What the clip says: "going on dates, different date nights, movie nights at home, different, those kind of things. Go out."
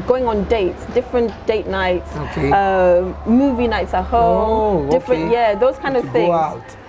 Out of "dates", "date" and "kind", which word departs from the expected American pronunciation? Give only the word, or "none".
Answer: none